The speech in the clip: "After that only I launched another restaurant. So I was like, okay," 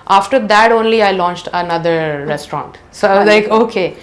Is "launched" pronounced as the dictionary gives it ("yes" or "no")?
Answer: yes